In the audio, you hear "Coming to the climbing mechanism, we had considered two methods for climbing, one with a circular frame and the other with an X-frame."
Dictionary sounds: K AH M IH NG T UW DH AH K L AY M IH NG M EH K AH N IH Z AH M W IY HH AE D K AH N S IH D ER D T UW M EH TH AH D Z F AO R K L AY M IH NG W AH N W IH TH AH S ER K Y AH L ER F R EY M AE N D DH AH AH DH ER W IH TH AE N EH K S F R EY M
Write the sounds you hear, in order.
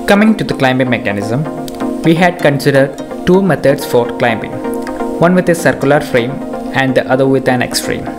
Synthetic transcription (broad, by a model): K AH M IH NG T UW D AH K L AY M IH M EH K AH N IH Z AH M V IY HH AE D K AH N S IH D ER D T UW M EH T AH D S F AO R K L AY M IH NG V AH N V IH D AH S ER K Y AH L ER F R EY M AE N D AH AH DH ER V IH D AE N EH K S F R EY M